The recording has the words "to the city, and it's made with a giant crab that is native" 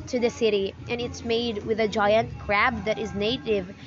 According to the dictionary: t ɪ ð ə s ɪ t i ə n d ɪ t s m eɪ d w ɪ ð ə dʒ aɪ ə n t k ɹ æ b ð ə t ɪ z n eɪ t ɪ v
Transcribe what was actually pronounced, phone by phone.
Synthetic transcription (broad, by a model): t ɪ ð ə s ɪ t i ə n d ɪ t s m eɪ d w ɪ ð ə dʒ aɪ ə n t k ɹ æ b ð ə t ɪ z n eɪ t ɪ v